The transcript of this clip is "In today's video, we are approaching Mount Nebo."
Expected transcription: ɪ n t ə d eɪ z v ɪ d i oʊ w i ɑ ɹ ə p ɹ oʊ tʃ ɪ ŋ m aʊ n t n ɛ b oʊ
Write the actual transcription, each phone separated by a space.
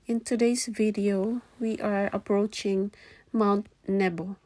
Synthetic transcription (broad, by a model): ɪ n t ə d eɪ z v ɪ d i oʊ w i ɑ ɹ ə p ɹ oʊ tʃ ɪ ŋ m aʊ n t n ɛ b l